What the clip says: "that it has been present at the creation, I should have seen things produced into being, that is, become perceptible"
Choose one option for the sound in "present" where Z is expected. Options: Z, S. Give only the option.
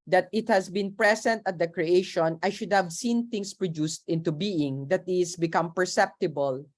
S